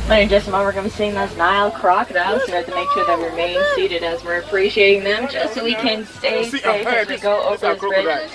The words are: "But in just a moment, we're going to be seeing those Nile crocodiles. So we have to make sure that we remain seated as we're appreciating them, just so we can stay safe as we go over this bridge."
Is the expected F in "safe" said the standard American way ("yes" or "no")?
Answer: no